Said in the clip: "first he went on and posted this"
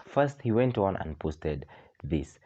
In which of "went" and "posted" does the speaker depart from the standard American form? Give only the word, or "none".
none